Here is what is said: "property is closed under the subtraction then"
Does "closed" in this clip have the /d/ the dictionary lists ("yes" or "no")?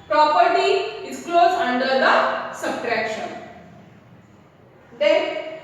no